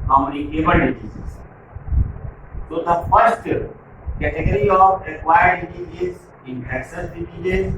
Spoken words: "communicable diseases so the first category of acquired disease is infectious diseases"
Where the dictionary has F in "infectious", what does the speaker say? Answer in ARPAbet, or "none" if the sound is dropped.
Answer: none